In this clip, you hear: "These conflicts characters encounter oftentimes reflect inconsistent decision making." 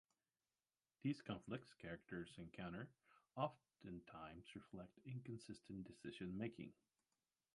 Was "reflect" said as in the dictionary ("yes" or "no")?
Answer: yes